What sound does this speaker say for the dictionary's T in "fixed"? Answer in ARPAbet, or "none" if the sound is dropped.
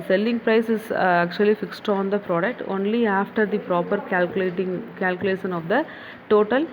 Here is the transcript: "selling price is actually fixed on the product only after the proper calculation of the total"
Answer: T